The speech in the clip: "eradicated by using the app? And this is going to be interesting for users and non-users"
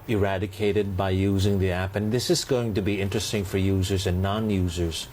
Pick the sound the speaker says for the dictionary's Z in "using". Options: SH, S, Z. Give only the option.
Z